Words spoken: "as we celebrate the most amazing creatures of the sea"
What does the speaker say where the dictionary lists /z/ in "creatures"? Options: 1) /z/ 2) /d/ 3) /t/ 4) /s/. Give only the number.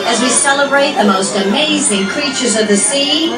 1